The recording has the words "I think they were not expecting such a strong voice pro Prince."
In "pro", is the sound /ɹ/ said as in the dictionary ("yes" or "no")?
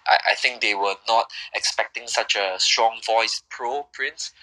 yes